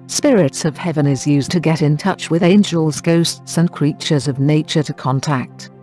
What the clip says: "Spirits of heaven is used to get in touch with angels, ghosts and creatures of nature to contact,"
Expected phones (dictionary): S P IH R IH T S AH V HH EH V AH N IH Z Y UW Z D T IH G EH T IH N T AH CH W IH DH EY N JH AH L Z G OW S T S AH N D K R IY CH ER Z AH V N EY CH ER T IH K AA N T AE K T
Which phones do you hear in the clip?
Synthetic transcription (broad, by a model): S P IH R IH T S AH V HH EH V AH N IH Z Y UW Z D T IH G EH T IH N T AH CH W IH DH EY N JH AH L Z G OW S T S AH N K R IY CH ER Z AH V N EY CH ER T IH K AA N T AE K T